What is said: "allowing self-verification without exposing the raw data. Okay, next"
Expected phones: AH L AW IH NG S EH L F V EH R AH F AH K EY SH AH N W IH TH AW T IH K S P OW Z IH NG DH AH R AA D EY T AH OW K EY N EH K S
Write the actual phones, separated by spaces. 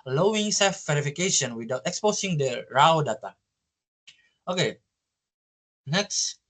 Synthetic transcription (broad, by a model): L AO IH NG S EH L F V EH R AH F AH K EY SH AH N W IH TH AW T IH K S P OW S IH NG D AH R AA D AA T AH OW K EY N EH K S